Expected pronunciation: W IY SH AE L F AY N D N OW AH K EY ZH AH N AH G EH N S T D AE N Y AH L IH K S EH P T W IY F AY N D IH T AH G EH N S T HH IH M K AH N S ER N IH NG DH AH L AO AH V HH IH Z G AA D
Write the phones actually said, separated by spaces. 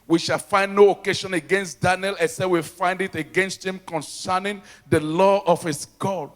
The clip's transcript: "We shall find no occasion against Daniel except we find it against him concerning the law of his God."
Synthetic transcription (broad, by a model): W IY SH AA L F AY N D N OW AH K EY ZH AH N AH G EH N S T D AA N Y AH L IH S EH W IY F AY N D IH T AH G EH N S T HH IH M K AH N S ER N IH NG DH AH L AO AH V HH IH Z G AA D